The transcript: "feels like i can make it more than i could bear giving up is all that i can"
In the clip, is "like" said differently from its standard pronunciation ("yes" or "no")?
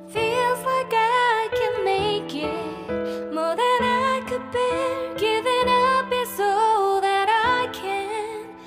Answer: yes